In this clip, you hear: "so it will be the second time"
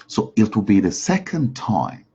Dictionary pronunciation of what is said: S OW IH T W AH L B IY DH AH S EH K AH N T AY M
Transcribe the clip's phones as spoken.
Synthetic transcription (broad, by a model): S OW IH T W AH L B IY DH AH S EH K AH N T AY M